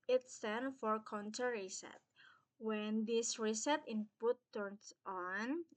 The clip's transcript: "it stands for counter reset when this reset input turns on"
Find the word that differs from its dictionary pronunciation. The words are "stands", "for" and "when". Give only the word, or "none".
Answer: stands